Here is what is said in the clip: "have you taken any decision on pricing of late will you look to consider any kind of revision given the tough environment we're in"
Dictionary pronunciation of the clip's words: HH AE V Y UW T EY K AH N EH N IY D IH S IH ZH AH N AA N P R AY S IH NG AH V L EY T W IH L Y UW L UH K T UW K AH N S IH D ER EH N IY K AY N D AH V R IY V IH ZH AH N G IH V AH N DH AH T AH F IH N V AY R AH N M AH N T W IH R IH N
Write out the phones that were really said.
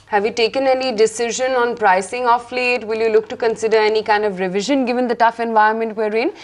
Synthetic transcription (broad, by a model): HH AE V Y UW T EY K AH N EH N IY D IH S IH ZH AH N AA N P R AY S IH NG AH F L EY T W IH L Y UW L UH K T UW K AH N S IH D ER EH N IY K AY N D AH V R IY V IH ZH AH N G IH V AH N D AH T AH F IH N V AY AH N M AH N T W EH R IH N